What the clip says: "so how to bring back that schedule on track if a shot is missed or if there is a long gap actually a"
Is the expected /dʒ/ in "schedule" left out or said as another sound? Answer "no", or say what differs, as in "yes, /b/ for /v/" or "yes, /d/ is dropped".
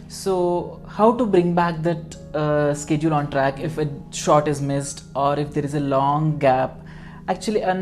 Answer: no